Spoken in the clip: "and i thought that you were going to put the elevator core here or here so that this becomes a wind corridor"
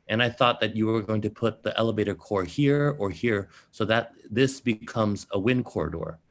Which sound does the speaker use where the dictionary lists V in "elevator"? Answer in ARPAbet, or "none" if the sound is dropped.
V